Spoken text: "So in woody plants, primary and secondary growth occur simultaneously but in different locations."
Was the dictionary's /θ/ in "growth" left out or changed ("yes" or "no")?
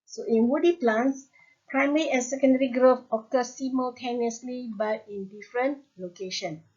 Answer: yes